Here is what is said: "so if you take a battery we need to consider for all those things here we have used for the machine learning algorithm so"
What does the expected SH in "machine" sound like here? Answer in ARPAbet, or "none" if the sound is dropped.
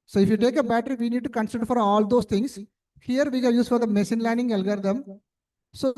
S